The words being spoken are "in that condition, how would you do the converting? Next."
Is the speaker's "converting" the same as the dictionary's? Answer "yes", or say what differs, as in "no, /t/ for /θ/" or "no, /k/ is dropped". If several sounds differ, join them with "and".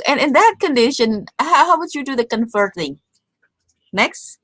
no, /f/ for /v/